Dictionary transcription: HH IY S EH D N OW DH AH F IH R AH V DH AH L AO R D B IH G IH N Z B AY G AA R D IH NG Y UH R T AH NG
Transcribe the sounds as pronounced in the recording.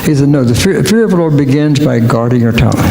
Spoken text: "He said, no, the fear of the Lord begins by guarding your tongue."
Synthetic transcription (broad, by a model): HH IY S EH D N OW DH AH F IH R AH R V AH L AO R B IH G IH N Z B AY G AA R D IH NG Y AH R T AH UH